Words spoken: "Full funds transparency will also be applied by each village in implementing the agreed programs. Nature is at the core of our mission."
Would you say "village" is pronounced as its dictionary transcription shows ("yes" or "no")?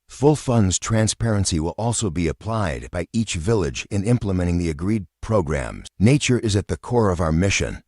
yes